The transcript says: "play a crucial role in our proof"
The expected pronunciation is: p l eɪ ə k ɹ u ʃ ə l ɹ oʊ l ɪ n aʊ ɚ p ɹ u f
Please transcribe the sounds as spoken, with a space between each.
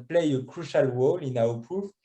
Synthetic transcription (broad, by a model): p l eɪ ə k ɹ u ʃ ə l w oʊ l ɪ n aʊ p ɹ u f